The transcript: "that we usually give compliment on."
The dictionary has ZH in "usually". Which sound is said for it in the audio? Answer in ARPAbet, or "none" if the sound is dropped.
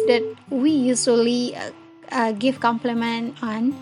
S